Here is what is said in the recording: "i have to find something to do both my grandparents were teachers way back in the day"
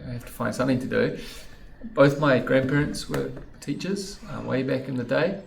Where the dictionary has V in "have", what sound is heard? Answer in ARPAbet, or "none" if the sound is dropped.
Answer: F